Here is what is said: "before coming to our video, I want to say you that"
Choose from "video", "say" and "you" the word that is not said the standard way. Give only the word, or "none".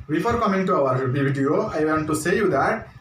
video